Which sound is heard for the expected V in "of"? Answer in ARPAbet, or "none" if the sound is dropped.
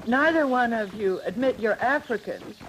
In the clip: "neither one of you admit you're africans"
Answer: V